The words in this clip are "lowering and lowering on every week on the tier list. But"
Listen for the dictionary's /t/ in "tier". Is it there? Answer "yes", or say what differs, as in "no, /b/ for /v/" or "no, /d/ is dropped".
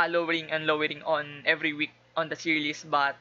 no, /s/ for /t/